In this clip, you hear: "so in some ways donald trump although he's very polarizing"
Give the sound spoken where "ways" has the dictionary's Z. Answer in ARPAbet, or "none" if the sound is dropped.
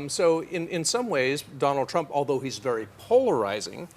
Z